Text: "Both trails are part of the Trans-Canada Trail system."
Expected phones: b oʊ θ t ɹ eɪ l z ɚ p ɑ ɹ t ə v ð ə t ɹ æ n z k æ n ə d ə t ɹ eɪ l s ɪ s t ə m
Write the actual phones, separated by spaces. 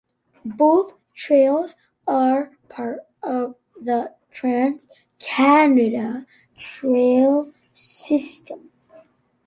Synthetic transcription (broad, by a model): b oʊ θ t ɹ eɪ l z ɚ p ɑ ɹ t ə v ð ə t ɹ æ n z k æ n ə d ə t ɹ eɪ l s ɪ s t ə m